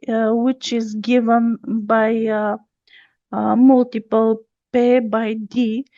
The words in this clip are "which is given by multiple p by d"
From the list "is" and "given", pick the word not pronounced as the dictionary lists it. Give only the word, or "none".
none